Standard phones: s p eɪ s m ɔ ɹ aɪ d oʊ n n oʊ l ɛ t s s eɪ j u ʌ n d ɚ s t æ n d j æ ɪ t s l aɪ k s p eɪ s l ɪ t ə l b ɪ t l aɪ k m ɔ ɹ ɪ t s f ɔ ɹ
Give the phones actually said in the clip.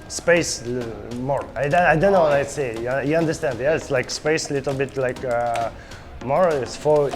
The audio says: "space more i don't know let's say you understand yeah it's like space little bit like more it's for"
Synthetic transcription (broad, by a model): s p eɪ s m ɔ ɹ aɪ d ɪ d n oʊ w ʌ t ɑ s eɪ j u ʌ n d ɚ s t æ n d j æ ɪ t s l aɪ k s p eɪ s l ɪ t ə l b ɪ t l aɪ k m ɔ ɹ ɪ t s f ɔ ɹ